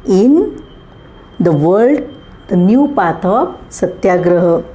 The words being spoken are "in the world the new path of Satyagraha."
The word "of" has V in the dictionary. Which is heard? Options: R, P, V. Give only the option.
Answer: P